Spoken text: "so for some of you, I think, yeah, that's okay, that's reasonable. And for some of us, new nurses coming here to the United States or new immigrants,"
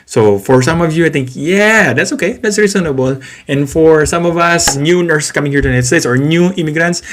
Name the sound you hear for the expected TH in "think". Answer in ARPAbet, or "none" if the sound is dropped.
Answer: T